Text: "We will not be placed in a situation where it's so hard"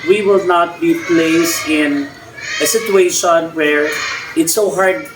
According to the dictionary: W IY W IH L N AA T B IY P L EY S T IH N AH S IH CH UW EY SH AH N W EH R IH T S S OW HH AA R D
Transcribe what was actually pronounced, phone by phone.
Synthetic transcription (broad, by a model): W IY W IH L N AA T B IY P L EY S IH N AH S IH CH UW EY SH AH N W EH R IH T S S OW HH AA R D